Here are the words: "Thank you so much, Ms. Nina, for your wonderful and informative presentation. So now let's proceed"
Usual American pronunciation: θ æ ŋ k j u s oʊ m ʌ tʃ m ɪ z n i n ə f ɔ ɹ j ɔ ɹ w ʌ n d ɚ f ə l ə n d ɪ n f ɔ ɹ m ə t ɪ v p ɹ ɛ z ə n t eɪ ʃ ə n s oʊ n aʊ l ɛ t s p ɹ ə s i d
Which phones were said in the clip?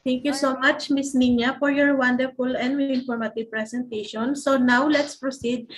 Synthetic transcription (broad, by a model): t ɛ ŋ k j u s oʊ m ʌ tʃ m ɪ s n i n ə f ɔ ɹ j ɔ ɹ w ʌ n d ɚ f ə l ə n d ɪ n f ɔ ɹ m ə t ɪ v p ɹ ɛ s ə n t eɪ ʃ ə n s oʊ n aʊ l ɛ t s p ɹ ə s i d